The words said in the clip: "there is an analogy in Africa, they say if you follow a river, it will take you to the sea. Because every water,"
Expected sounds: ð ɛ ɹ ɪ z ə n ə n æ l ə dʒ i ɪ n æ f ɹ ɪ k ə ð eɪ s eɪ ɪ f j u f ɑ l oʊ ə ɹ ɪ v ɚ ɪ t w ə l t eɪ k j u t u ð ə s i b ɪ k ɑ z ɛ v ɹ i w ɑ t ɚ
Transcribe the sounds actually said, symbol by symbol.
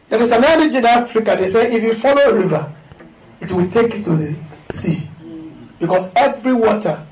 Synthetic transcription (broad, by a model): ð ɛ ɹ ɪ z ə n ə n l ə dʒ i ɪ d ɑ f l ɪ k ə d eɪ s eɪ ɪ f j u f ɑ l oʊ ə ɹ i v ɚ ɪ t w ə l t eɪ k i t u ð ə s i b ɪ k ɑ s ɛ v ɹ i w ɑ t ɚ